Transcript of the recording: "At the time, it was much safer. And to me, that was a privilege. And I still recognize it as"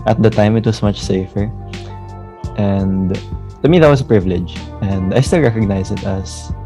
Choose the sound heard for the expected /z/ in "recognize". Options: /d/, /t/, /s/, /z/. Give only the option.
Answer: /s/